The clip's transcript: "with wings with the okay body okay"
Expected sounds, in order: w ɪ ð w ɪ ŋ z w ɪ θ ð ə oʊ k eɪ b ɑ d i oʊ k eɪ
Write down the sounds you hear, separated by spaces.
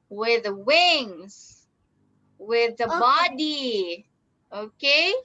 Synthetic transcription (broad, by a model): w ɪ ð w ɪ ŋ z w ɪ ð ə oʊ b ɑ d i oʊ k eɪ